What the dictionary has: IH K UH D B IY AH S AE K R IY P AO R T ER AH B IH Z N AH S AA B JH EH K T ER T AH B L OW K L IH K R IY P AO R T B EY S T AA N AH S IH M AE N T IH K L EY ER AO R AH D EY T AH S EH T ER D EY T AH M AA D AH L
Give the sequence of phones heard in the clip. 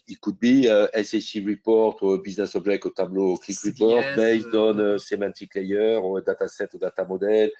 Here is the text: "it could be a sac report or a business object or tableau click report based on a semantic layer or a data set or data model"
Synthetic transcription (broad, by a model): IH K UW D B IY AH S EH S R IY P AO R T AH B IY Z N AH S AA B ZH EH K AO T AH B L OW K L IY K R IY P AO R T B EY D AA N AH S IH M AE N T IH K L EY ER R AH D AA T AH S EH T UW D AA T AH M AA D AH L